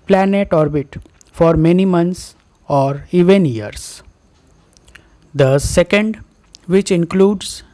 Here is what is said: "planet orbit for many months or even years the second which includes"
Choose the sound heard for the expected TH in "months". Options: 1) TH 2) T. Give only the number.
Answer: 2